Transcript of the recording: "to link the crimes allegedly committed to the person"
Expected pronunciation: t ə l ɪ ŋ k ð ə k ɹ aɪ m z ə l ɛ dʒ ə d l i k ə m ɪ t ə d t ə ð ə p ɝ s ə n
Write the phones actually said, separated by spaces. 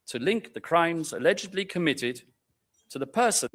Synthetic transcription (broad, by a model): t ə l ɪ ŋ k ð ə k ɹ aɪ m z ə l ɛ dʒ ə d l i k ə m ɪ t ə d t ə ð ə p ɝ s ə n